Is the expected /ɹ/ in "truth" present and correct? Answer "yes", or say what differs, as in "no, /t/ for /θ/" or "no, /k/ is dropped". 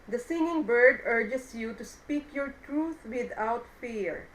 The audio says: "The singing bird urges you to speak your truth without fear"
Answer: yes